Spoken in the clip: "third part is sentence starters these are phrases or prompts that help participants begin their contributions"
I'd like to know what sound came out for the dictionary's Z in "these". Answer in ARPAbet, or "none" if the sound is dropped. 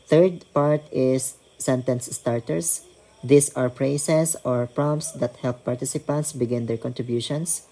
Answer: S